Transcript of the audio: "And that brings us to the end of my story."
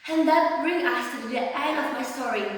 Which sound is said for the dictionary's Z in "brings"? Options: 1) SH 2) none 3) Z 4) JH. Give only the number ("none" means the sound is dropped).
2